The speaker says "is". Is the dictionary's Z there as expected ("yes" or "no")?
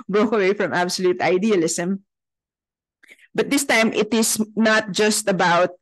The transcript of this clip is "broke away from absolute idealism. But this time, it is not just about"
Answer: no